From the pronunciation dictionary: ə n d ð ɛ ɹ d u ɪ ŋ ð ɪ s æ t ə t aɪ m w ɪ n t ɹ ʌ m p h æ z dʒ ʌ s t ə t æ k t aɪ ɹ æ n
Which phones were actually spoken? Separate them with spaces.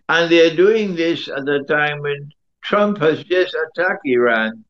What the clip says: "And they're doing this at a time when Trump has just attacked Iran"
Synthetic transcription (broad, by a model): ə n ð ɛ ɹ d u ɪ ŋ ð ɪ s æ t ə t aɪ m w ɪ n t ɹ ʌ m p h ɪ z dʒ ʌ s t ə t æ k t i ɹ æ n